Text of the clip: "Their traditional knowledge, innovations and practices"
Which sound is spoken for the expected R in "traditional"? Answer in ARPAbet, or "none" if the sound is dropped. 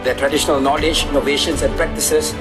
R